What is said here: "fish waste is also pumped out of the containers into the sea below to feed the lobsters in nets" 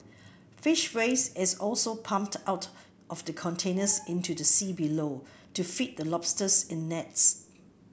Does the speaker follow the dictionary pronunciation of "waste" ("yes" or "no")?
no